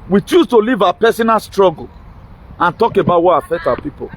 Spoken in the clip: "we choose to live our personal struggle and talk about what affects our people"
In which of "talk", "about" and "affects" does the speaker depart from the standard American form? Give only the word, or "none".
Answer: affects